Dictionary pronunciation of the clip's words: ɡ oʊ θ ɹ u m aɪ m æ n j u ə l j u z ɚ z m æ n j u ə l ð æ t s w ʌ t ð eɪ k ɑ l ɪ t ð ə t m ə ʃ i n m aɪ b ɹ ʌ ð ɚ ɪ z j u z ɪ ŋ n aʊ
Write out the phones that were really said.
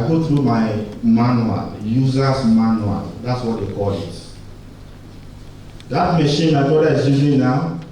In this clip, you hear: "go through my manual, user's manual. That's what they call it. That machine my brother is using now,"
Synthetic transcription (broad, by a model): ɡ oʊ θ ɹ u m aɪ m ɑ n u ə l j u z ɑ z m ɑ n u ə l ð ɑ t s w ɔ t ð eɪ k ɑ l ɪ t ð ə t m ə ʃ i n m aɪ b ɔ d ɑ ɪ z j u z ɪ ŋ n aʊ